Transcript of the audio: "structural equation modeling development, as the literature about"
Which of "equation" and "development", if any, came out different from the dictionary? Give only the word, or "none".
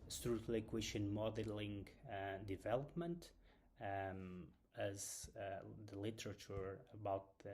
equation